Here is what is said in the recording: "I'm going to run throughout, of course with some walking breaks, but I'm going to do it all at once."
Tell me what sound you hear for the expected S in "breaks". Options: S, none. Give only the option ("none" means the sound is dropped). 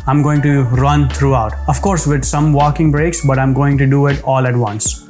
S